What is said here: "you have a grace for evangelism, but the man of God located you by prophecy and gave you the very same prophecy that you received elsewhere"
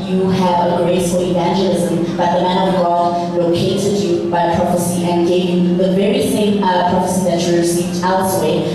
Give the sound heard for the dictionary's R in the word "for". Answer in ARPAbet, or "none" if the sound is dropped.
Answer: L